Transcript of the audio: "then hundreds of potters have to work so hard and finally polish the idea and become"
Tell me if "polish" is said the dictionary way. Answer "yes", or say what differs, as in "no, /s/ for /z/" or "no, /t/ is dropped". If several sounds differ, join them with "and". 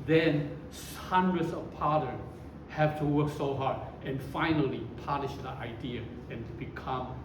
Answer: no, /n/ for /l/